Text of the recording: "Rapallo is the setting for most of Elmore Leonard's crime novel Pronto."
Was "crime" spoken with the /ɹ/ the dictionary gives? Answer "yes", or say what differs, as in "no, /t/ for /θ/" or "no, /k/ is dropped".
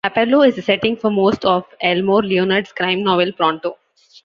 yes